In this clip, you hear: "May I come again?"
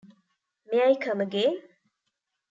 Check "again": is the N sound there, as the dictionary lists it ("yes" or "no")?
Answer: no